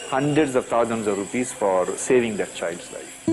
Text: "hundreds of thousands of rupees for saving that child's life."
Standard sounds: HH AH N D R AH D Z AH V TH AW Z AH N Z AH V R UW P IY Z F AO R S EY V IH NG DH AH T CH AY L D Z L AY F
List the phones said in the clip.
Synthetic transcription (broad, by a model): HH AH N D R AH D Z AH V T AW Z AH N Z AH V R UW P IY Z F AO R S EY V IH NG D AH T CH AY L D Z L AY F